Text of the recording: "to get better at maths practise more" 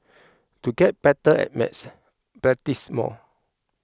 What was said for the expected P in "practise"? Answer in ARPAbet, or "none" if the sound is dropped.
B